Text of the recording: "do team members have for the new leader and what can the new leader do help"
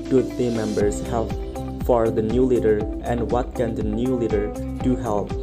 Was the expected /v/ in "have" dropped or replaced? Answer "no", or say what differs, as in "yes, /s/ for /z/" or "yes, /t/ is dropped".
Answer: yes, /p/ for /v/